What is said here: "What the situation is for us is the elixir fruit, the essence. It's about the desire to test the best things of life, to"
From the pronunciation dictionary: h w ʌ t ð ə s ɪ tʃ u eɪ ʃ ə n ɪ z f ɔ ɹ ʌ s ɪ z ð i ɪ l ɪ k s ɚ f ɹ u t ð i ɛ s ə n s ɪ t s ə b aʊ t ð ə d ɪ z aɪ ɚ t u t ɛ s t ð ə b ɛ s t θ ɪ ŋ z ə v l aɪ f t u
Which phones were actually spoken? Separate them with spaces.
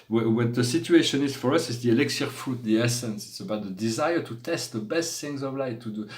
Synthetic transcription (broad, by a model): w w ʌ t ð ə s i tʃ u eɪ ʃ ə n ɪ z f ɔ ɹ ʌ s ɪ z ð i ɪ l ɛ k s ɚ f u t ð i ɛ s ə n s ɪ t s ə b aʊ t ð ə d ɪ z aɪ ɚ t u t ɛ s t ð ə b ɛ s t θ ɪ ŋ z ə v l aɪ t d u